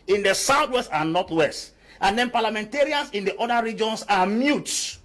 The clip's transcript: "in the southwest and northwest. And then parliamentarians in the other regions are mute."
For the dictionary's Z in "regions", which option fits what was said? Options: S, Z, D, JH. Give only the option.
S